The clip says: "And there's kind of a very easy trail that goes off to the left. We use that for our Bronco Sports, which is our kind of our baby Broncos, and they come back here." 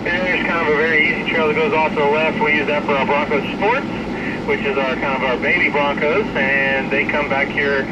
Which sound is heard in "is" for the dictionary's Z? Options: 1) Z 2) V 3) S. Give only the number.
1